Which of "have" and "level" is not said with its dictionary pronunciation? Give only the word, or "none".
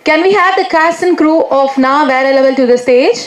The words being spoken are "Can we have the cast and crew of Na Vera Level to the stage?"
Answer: level